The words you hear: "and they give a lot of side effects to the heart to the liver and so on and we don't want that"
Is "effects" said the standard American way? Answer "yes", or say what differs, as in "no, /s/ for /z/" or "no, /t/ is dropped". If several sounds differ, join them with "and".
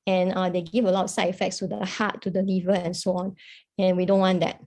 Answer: yes